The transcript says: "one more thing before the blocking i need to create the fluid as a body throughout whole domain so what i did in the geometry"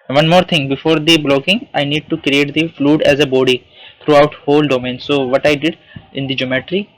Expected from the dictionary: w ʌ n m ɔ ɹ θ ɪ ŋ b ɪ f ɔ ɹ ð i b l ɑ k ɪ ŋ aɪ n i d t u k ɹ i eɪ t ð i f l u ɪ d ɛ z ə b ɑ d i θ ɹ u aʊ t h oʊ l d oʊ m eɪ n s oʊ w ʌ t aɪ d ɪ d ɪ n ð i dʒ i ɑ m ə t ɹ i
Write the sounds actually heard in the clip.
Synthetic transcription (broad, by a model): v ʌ n m ɔ ɹ t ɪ ŋ b ɪ f ɔ ɹ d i b l ɑ k ɪ ŋ aɪ n i d t u k ɹ i eɪ t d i f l u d ɛ z ə b ɑ d i t ɹ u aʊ t h oʊ l d oʊ m eɪ n s oʊ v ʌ t aɪ d ɪ d ɪ n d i dʒ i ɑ m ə t ɹ i